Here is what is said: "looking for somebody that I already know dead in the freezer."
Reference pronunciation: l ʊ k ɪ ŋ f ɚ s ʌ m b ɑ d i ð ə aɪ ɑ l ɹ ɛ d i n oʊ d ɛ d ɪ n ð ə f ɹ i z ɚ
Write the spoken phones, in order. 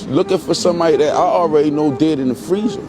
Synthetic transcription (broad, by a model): l ʊ k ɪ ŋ f ɚ s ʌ m ɑ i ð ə aɪ ɑ l ɹ ɛ d i n oʊ d ɛ d ɪ n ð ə f ɹ i z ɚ